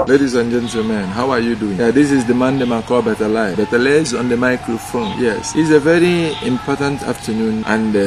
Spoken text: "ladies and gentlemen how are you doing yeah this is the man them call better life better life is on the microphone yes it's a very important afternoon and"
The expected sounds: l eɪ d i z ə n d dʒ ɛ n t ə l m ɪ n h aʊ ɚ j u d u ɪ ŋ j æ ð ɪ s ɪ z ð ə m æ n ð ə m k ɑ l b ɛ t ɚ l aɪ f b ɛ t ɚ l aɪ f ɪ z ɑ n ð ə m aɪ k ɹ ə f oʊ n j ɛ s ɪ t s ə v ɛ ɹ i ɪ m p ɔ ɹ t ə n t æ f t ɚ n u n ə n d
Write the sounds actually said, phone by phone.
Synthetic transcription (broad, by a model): l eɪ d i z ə n dʒ ɛ n t ə l m ɪ n h aʊ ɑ j u d u ɪ ŋ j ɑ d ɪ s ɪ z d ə m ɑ n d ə m k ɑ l b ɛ t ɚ l aɪ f b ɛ t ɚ l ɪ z ɑ n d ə m aɪ k ɹ ə f oʊ n j ɛ s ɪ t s ə v ɛ ɹ i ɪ m p ɔ t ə n t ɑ f t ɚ n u n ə n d